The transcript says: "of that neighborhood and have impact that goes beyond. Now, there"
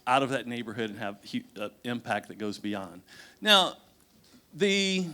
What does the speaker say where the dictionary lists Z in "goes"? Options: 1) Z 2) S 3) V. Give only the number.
1